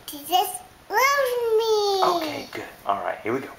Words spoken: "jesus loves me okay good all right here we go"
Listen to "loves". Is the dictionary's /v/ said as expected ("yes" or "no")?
no